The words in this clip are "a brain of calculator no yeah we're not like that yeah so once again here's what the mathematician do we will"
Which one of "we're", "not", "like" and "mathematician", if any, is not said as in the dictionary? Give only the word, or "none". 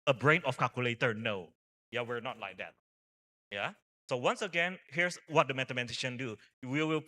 mathematician